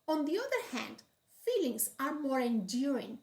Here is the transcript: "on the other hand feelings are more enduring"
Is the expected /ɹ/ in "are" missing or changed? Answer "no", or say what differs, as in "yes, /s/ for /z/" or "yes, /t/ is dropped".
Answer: no